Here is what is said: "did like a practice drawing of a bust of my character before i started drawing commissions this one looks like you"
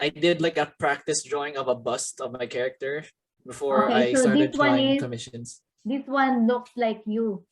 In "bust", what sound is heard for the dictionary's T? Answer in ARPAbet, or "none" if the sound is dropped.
T